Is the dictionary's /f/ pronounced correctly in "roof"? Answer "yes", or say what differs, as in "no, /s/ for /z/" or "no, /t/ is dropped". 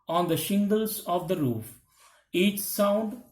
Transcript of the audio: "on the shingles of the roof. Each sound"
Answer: yes